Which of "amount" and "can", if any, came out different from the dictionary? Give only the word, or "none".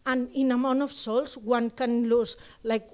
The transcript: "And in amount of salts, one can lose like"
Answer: amount